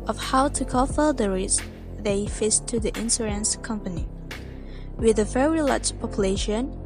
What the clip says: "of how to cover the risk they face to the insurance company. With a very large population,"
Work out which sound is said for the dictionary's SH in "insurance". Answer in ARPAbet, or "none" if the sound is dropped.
S